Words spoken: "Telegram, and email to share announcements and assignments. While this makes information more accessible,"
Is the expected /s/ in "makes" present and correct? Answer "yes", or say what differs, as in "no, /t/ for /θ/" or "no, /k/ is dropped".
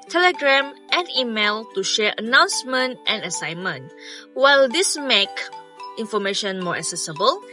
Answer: no, /s/ is dropped